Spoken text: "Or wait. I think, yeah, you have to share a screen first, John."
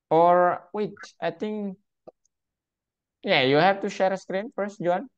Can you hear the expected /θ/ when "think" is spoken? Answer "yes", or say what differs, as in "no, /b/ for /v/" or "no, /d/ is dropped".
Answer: no, /t/ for /θ/